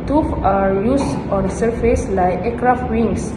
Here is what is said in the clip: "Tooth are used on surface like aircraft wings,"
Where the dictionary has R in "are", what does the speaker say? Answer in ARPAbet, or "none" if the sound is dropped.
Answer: R